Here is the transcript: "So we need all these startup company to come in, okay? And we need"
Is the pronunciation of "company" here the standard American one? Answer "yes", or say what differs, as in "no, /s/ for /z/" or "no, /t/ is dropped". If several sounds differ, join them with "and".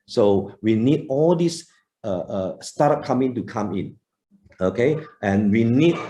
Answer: no, /p/ is dropped